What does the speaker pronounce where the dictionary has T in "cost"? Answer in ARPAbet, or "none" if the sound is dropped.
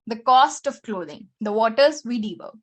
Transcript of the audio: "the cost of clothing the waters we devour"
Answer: T